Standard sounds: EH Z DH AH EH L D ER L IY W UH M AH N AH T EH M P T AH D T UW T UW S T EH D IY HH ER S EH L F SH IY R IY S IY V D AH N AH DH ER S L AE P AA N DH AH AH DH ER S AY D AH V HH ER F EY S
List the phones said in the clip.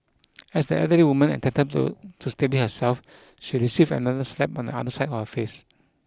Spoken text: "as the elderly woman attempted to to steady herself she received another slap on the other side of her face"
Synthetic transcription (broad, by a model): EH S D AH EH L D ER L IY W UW M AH N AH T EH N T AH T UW T UW S T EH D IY HH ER S EH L F SH IY R IY S IY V AH N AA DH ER S L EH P AA N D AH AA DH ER S AY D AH F HH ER F EY S